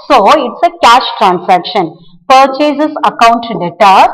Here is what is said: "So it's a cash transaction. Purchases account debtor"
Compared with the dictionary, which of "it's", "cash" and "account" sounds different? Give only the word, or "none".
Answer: none